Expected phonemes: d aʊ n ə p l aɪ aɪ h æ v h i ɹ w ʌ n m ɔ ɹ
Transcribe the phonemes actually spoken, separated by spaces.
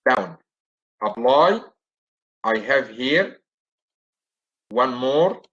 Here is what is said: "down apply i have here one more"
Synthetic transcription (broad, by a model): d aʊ n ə b l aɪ aɪ h æ v h i ɹ w ʌ n m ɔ ɹ